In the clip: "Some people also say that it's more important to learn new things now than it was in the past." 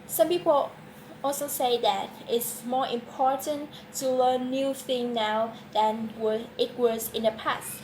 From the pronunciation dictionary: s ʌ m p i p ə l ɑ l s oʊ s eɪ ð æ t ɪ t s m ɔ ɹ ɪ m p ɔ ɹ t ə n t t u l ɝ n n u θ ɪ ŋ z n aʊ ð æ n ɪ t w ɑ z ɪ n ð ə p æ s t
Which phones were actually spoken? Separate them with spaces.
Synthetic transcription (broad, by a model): s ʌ m p i p ə l ɑ l s oʊ s eɪ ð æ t ɪ t s m ɔ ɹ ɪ m p ɔ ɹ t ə n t t u l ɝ n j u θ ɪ ŋ n aʊ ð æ n ɪ t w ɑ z ɪ n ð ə p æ s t